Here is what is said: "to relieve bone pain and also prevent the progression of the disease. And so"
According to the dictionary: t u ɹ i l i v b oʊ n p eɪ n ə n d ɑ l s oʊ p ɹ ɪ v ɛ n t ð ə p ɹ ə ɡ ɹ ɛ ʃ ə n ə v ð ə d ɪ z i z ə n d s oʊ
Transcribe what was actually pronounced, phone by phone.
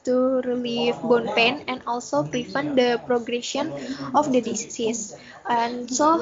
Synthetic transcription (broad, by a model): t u ɹ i l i f b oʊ n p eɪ n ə n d ɑ l s oʊ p ɹ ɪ f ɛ n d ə p ɹ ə ɡ ɹ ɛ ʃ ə n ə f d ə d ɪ s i s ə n s oʊ